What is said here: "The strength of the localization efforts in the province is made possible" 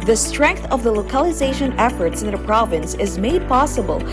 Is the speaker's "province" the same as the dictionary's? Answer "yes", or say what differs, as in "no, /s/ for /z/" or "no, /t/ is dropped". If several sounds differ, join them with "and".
yes